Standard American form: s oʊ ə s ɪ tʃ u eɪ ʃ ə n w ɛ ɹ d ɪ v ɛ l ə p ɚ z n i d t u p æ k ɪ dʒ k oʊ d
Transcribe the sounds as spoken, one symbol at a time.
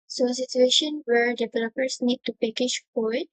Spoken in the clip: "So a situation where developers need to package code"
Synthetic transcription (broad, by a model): s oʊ ə s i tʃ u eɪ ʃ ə n w ɛ ɹ d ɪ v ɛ l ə p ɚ s n i d t u p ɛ k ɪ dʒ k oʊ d